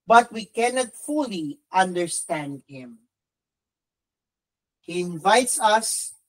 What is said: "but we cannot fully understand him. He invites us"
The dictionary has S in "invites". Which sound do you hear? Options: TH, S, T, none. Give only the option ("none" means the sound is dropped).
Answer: S